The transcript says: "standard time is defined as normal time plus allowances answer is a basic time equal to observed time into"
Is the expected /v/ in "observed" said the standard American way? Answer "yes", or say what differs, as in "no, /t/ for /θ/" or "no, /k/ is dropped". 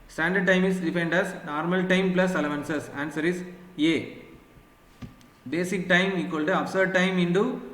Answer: no, /v/ is dropped